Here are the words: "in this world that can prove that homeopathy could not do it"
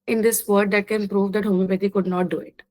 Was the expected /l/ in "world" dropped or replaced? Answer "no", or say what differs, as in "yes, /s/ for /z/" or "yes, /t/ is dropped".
yes, /l/ is dropped